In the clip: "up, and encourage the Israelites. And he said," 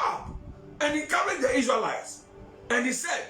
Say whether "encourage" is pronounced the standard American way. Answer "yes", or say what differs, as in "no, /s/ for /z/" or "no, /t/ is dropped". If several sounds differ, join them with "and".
no, /n/ is dropped